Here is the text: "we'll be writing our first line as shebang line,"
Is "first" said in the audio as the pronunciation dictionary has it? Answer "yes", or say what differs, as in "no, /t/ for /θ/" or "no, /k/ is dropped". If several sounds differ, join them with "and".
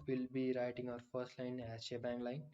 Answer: yes